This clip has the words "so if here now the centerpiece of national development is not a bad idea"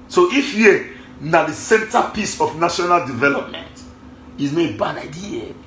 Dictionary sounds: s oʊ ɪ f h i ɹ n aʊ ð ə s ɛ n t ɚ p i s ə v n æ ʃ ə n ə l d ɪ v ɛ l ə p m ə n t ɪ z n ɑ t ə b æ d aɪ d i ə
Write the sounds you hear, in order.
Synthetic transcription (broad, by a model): s oʊ ɪ f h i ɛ n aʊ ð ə s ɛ n t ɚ p i s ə f n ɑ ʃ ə n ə l d ɪ v ɛ l ə p m ə n t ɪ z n ə b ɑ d aɪ d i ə